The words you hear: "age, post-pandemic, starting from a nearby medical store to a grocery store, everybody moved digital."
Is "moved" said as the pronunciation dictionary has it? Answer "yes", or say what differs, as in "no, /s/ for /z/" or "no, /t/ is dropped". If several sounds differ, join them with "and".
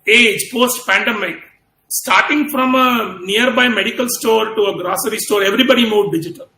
no, /v/ is dropped